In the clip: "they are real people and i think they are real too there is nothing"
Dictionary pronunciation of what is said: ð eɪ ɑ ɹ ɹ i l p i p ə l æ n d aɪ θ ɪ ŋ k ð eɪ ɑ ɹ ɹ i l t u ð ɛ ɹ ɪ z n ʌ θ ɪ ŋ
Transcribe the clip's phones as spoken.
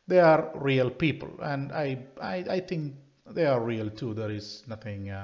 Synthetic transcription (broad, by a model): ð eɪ ɑ ɹ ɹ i l p i p ə l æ n d aɪ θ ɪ ŋ k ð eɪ ɑ ɹ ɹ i l t u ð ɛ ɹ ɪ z n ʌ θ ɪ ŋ